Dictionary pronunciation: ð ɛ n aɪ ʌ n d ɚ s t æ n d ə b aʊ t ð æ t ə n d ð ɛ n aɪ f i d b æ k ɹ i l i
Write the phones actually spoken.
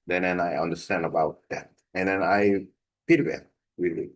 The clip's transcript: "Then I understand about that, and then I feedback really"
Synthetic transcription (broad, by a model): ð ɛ n aɪ ʌ n d ɚ s t æ n d ə b aʊ t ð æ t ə n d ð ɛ n aɪ p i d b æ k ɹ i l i